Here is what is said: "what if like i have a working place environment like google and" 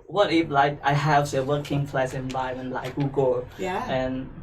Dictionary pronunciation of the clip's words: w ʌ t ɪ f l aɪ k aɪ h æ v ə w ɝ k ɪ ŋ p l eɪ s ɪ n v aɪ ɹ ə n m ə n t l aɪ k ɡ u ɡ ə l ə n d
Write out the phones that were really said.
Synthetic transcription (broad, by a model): w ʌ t ɪ f l aɪ k aɪ h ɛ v ə w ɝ k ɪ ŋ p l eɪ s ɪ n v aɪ ə m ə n l aɪ k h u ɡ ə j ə n